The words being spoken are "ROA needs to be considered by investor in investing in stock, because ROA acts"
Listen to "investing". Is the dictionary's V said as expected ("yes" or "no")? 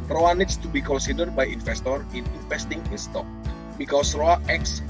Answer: no